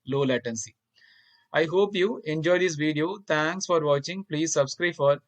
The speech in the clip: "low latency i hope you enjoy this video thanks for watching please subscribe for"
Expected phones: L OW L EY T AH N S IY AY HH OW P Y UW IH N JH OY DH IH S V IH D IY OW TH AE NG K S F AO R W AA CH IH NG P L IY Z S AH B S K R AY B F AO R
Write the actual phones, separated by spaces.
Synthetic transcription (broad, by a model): L OW L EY T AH N S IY AY HH OW P Y UW IH N JH OY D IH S V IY D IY OW T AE NG K S F AO R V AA CH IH NG P L IY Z S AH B S K R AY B F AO R